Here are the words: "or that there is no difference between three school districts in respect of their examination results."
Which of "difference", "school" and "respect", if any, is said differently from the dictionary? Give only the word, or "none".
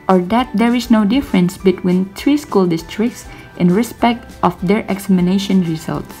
none